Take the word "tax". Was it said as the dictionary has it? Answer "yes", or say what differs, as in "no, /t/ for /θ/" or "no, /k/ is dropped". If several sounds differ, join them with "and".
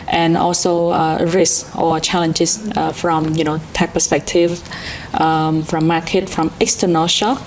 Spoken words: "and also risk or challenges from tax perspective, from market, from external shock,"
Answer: no, /s/ is dropped